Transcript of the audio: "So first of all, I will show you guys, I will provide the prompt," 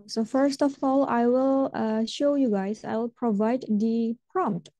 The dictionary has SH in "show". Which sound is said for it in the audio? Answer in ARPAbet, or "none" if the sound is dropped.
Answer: SH